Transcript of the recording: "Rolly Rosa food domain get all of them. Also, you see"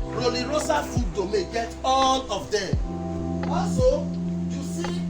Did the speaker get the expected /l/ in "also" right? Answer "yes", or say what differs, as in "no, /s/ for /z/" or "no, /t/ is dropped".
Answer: no, /l/ is dropped